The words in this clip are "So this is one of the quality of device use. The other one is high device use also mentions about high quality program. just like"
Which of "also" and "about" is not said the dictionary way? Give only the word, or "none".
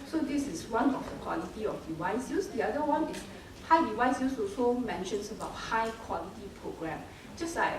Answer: also